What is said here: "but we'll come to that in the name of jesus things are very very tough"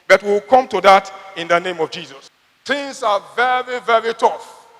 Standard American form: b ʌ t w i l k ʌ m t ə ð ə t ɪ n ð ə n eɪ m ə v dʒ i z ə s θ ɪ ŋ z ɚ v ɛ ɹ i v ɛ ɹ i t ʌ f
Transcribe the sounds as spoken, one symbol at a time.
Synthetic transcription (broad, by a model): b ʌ t w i w k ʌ m t ə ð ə t ɪ n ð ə n eɪ m ə v dʒ i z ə s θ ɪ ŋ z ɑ v ɛ ɹ i v ɛ ɹ i t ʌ f